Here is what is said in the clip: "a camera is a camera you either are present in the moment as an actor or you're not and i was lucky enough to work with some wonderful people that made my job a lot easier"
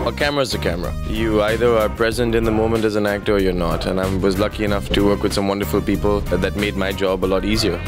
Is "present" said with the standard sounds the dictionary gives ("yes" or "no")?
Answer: yes